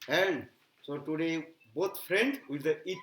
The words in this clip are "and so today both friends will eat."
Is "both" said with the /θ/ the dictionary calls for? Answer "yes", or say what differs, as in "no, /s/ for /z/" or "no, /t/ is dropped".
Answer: no, /t/ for /θ/